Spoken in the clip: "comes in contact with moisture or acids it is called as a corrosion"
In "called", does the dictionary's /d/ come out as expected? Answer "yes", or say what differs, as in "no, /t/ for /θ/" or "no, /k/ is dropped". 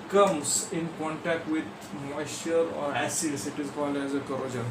yes